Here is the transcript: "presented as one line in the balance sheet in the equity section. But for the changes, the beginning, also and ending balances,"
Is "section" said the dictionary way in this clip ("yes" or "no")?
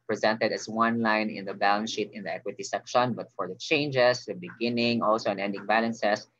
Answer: yes